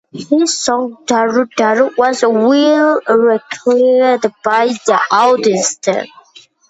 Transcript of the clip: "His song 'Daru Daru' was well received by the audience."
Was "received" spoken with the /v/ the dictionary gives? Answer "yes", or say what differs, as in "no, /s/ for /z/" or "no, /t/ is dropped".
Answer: no, /v/ is dropped